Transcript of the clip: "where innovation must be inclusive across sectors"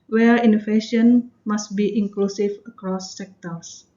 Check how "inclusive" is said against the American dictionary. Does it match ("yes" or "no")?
no